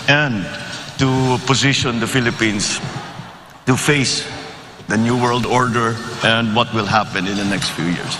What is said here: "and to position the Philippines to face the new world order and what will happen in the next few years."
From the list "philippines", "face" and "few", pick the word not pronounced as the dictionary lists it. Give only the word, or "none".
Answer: philippines